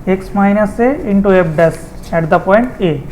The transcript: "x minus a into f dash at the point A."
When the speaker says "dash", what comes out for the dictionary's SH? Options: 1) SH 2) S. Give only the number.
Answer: 2